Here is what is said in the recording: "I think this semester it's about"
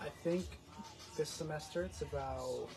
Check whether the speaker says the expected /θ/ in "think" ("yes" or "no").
yes